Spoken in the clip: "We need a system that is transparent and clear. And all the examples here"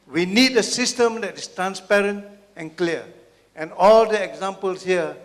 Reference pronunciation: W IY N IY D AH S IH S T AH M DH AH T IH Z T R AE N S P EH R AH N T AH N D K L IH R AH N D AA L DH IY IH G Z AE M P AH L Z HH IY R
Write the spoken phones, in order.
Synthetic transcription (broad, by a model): W IY N IY D AH S IH S T AH M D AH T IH S T R AE N S P EH R AH N T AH N K L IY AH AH N AA L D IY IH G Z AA M P AH L S HH IY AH